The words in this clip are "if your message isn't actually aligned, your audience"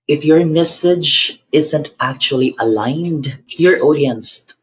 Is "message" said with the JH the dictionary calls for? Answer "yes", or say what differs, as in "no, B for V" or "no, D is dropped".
yes